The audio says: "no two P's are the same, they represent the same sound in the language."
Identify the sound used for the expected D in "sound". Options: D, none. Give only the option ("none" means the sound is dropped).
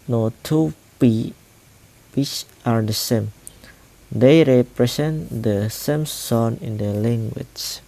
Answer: none